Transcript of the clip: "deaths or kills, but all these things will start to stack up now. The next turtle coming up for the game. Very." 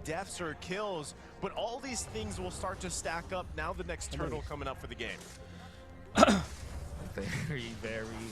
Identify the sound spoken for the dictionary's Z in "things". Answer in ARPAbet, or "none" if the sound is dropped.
Z